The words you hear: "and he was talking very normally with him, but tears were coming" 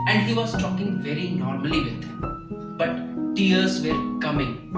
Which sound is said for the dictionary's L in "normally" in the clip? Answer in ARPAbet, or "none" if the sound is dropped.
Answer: none